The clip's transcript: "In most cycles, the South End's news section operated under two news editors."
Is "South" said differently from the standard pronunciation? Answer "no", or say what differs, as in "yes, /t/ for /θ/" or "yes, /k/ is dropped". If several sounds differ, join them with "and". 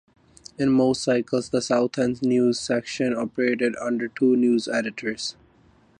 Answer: yes, /t/ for /θ/